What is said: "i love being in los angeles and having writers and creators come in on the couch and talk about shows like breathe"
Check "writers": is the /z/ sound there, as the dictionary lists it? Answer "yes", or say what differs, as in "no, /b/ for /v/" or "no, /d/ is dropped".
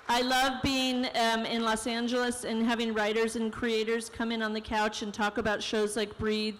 yes